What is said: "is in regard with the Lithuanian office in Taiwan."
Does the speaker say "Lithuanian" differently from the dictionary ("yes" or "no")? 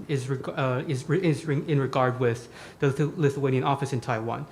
no